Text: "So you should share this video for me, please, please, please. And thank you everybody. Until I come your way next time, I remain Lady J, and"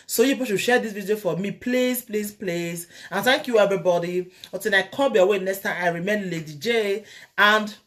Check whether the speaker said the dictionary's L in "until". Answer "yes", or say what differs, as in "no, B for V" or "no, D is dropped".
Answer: no, N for L